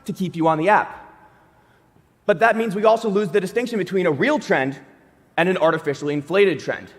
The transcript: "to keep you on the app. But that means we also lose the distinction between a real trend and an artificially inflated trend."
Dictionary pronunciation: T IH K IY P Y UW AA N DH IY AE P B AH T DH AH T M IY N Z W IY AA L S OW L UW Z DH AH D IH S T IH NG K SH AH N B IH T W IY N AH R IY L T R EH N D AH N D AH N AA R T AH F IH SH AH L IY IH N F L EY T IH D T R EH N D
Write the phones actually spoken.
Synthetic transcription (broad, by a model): T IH K IY P Y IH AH N DH IY AE P B AH T DH AH T M IY N Z W IY AA L S OW L UW Z DH AH D IH S T IH NG K SH AH N B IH T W IY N AH R IY L T R EH N D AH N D AH N AA R T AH F IH SH L IY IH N F L EY T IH D T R EH N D